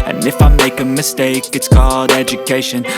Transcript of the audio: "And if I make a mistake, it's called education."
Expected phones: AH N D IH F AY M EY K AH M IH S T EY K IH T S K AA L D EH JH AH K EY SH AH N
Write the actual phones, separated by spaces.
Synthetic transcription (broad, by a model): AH N IH F AY M EY K AH M IH S T EY K IH T S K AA D EH JH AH K EY SH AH N